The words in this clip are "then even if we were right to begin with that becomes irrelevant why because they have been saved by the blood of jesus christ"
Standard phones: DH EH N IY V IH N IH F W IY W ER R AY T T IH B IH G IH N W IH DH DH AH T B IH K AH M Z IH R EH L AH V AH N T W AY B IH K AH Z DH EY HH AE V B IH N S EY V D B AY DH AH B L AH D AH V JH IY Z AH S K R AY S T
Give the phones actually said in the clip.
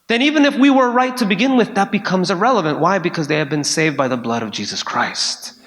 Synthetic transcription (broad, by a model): DH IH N IY V IH N IH F W IY W ER R AY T T IH B IH G IH N W IH DH DH AH T B IH K AH M Z IH R EH L AH V AH N T W AY B IH K AH Z DH EY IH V B IH N S EY V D B AY DH AH B L AH D AH V JH IY Z AH S K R AY S T